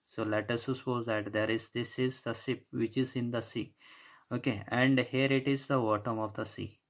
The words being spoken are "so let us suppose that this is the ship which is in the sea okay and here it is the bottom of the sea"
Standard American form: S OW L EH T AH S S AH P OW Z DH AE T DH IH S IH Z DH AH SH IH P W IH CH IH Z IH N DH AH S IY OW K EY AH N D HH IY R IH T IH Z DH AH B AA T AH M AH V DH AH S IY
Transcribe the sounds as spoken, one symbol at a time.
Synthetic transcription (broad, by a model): S OW L EH T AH S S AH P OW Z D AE T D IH S IH Z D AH S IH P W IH CH IH Z IH N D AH S IY OW K EY AH N D HH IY R IH T IH Z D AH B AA T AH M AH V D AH S IY